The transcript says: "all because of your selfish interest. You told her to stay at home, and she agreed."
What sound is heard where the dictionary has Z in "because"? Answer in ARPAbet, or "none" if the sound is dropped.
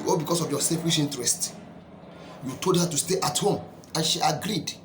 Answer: S